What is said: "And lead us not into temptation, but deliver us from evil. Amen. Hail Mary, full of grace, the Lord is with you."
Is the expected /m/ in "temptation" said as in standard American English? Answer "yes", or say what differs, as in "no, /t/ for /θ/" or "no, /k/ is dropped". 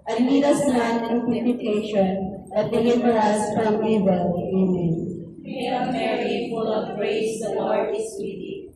no, /m/ is dropped